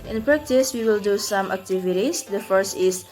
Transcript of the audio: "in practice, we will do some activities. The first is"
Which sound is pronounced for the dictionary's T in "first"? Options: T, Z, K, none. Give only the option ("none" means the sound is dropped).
T